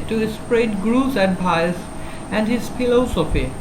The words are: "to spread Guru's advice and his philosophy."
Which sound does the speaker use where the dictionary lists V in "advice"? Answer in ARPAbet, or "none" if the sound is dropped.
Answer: P